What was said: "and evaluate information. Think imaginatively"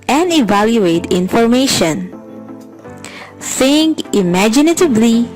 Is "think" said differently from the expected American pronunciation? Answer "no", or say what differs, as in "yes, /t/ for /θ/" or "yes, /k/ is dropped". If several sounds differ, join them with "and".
yes, /s/ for /θ/